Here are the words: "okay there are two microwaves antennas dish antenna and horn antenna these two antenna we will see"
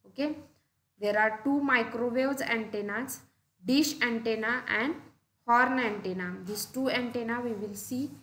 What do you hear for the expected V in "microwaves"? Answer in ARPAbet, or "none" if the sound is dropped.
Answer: none